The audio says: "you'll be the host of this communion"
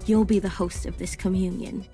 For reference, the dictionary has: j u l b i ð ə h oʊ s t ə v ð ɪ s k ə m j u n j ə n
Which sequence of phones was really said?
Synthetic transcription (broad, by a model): j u l b i ð ə h oʊ s t ə v ð ɪ s k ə m j u n j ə n